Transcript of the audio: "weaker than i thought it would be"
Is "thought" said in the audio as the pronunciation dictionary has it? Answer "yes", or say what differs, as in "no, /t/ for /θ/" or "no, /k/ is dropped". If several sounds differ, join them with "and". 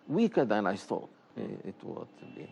no, /s/ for /θ/